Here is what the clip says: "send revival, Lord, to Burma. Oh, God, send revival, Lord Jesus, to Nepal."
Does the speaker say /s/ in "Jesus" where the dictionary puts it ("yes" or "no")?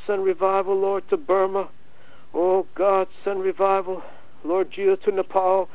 no